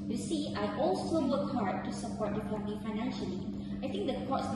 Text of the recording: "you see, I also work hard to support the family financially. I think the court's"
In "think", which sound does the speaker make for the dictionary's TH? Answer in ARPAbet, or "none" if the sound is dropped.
T